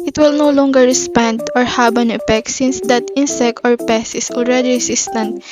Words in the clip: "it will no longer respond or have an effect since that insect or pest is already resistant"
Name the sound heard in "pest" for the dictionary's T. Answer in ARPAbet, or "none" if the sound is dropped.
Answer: none